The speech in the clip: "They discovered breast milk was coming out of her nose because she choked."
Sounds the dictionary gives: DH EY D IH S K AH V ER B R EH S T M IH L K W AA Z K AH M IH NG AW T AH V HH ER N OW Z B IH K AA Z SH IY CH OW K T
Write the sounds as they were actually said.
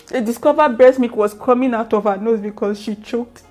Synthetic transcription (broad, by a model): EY D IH S K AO V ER B EH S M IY K W AA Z K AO M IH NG AW T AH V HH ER N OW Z B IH K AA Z SH IY CH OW K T